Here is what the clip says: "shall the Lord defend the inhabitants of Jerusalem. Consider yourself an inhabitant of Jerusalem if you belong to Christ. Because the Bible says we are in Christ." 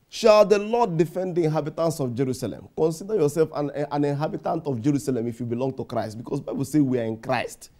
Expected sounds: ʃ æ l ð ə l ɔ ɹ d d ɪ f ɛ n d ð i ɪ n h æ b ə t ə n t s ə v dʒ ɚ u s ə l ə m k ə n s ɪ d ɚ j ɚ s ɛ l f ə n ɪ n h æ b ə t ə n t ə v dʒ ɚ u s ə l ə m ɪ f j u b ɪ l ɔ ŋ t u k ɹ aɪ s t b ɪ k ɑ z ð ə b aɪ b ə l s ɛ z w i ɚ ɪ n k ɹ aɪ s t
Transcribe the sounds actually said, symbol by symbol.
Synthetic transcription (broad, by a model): ʃ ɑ l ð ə l ɔ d d ɪ f ɛ n d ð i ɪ n h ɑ b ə t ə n t s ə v dʒ ɚ u s ə l ə m k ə n s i d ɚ j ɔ s ɛ l f ə n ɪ n h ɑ b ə t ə n t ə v dʒ ɚ u s ə l ə m ɪ f j u b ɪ l ɔ ŋ t u k ɹ aɪ s t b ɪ k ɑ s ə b aɪ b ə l s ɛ w i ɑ ɪ n k ɹ aɪ s t